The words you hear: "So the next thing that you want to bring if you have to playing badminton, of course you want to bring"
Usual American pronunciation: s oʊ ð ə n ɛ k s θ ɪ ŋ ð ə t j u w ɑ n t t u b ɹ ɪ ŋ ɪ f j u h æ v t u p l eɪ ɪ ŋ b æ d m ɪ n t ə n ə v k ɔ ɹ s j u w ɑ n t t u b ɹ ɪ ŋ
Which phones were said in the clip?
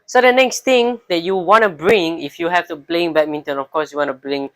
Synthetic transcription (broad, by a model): s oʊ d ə n ɛ k s t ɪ ŋ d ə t j u w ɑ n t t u b ɹ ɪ ŋ ɪ f j u h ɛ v t u b l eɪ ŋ b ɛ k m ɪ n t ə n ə f k ɔ s j u w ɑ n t t u b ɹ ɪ ŋ